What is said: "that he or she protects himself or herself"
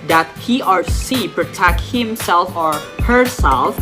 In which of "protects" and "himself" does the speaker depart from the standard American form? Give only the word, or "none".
protects